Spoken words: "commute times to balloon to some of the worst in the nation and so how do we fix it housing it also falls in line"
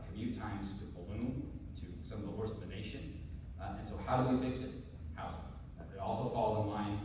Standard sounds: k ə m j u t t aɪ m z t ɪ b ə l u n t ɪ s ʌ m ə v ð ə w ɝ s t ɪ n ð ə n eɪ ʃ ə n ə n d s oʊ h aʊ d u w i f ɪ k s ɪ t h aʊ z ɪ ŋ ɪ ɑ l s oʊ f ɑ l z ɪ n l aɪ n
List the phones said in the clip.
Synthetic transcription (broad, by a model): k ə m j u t t aɪ m z t ɪ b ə l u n t ɪ s ʌ m ə v ð ə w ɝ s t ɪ ð ə n eɪ ʃ ə n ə n s oʊ h aʊ d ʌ w i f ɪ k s ɪ t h aʊ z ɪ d ɑ l s oʊ f ɑ l z ɪ n l aɪ n